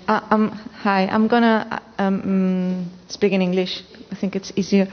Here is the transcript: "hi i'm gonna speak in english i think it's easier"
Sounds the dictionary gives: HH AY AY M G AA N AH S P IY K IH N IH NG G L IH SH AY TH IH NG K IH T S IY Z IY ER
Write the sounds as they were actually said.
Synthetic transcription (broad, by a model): HH AY AY M G AA N AH S P IY K IH N IH NG G L IH SH AY T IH NG K IH T S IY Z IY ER